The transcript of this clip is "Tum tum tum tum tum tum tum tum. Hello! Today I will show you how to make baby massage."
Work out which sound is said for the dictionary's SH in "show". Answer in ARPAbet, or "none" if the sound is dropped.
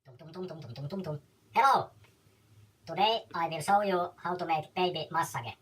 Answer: S